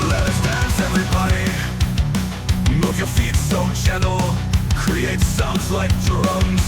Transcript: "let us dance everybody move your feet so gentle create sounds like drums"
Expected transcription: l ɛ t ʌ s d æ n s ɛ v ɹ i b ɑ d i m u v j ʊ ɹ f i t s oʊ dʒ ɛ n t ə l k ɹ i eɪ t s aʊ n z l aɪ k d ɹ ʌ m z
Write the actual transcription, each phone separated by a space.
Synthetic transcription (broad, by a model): l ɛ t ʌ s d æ s ɛ v ɹ i b ɑ d i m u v j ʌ ɹ f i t s oʊ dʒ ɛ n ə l k ɹ i eɪ t s aʊ n z l aɪ k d ɹ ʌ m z